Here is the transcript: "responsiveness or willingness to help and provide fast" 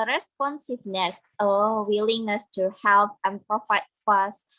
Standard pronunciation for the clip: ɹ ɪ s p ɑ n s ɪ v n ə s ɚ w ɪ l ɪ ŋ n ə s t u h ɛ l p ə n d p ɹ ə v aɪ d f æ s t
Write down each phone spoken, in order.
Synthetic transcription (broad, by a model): ɹ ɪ s p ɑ n s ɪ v n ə s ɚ w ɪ l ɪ ŋ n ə s t u h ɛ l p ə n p ɹ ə f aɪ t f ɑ s